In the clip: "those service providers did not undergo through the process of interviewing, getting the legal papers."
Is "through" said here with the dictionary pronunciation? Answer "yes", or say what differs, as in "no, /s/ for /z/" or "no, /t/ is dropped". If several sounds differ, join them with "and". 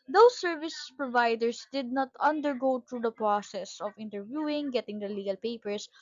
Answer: no, /t/ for /θ/